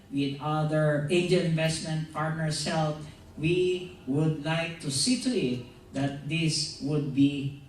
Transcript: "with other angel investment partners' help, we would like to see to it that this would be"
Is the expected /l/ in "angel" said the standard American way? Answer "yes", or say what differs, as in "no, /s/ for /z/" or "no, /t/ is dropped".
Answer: no, /n/ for /l/